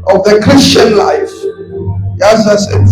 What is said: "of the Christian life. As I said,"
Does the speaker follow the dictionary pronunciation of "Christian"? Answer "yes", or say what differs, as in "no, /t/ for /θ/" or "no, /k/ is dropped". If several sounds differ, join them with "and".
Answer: yes